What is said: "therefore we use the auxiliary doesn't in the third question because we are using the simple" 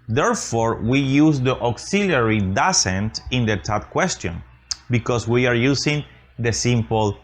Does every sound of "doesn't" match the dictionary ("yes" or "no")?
no